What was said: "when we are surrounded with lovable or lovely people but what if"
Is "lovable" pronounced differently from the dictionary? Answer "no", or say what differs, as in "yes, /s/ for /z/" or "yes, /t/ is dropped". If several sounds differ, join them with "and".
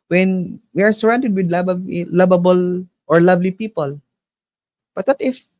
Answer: yes, /b/ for /v/